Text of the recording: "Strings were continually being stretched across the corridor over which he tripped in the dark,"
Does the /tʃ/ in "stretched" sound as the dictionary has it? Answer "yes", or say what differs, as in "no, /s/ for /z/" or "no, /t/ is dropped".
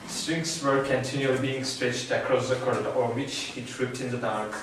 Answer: yes